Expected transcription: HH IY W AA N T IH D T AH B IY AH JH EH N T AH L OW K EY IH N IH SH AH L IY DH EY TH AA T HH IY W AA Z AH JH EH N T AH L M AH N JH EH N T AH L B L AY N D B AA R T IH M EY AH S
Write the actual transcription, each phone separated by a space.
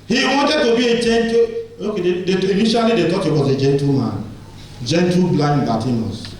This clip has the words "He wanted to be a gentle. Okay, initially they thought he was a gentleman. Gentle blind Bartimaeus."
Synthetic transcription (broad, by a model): HH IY W AA N T IH D T AH B IY AH JH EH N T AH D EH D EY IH N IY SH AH L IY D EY T AA T HH IY W AA Z AH JH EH N T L M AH N JH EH N T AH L B L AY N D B AA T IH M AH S